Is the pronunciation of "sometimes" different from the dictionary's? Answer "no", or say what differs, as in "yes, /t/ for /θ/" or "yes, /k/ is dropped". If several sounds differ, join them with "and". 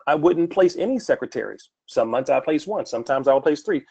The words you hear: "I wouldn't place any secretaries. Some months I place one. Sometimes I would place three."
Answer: no